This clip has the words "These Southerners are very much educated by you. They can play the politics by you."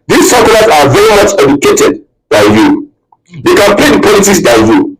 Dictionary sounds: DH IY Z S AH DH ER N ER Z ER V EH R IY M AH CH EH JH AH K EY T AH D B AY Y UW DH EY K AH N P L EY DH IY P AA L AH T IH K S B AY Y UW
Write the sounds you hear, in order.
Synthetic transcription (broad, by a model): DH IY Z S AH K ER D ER S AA V EH R IY M AH CH EH JH AH K EY T AH D B AY Y UW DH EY K AH N P L EY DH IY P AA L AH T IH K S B AY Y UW